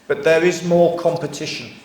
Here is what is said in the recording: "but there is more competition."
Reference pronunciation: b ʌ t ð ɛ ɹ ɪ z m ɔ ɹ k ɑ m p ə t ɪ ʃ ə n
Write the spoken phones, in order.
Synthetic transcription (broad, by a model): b ʌ t ð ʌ ɹ ɪ z m ɔ k ɑ m p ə t ɪ ʃ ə n